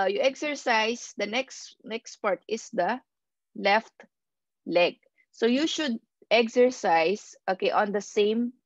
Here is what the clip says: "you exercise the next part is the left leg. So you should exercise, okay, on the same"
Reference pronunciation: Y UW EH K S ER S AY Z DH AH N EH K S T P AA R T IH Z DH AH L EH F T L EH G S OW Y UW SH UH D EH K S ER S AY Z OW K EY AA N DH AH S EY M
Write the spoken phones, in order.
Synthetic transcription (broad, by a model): Y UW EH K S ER S AY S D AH N EH K S T P AA R T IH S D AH L EH F T L EH G S OW Y UW SH UH D EH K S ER S AY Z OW K EY AA N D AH S EY M